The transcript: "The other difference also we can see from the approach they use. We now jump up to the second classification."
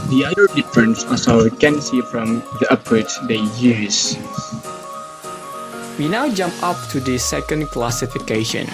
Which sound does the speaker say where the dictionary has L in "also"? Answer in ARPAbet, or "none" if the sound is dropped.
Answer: none